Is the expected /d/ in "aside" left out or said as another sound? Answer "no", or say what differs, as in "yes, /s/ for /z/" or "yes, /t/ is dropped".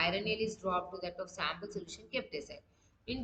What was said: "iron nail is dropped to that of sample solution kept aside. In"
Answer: yes, /d/ is dropped